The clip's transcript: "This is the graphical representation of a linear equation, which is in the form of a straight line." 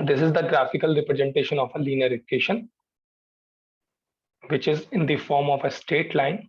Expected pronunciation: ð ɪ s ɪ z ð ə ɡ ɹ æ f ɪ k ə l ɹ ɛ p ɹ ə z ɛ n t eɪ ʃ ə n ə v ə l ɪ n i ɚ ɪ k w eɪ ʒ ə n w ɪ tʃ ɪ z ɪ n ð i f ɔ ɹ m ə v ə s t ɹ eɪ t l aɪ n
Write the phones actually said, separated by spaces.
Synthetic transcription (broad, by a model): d ɪ s ɪ z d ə ɡ ɹ æ f ɪ k ə l ɹ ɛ p ɹ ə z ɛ n t eɪ ʃ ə n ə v ə l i n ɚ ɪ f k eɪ ʃ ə n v ɪ tʃ ɪ z ɪ n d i f ɔ ɹ m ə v ə s t eɪ t l aɪ n